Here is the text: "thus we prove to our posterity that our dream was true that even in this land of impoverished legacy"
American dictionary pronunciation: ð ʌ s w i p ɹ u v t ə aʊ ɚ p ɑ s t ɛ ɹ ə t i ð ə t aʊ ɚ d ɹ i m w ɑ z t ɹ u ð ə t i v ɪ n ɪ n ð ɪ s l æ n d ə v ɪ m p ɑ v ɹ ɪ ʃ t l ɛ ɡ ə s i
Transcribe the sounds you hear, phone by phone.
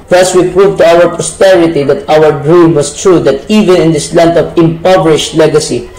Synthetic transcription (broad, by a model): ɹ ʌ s w i p ɹ u v t ə aʊ ɚ p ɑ s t ɛ ɹ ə t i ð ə t aʊ ɚ d ɹ i m w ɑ s t ɹ u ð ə t i v ɪ n ɪ n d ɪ s l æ n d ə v ɪ m p ɑ v ɹ ɪ ʃ t l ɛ ɡ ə s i